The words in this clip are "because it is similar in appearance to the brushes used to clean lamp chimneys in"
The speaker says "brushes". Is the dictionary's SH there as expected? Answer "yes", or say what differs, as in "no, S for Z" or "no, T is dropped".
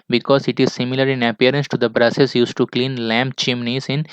no, S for SH